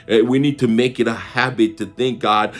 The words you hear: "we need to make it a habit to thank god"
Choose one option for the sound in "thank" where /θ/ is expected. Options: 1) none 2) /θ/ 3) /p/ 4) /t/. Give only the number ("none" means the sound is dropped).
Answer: 2